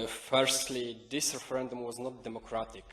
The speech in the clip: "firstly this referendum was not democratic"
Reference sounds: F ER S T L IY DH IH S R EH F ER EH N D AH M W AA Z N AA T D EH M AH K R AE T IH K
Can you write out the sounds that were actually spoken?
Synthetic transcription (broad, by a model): F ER S T L IY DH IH S R EH F ER EH N D AH M W AA Z N AA T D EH M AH K R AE T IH K